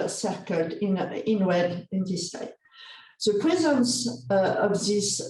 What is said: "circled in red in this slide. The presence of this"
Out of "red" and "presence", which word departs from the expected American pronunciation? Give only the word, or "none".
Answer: red